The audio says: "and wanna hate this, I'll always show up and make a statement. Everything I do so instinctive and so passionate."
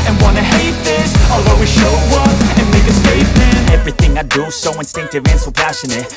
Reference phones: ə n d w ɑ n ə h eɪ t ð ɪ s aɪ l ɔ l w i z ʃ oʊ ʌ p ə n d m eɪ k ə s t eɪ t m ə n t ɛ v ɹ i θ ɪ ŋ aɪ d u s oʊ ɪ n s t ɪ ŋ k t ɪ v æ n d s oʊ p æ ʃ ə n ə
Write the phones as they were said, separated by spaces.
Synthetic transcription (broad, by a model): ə n w ɑ n ə h eɪ t ð ɪ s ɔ l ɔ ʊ w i ʃ oʊ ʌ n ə n m eɪ k ə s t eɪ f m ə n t ɛ v ɹ i θ ɪ ŋ aɪ d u s oʊ ɪ n s t ɪ ŋ k t ɪ v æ n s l p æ ʃ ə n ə